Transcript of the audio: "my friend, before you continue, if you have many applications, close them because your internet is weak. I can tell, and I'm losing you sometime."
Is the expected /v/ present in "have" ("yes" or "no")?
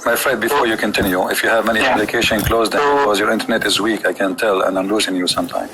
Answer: yes